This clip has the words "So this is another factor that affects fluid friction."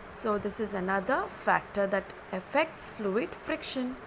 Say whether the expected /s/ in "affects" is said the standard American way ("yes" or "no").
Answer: yes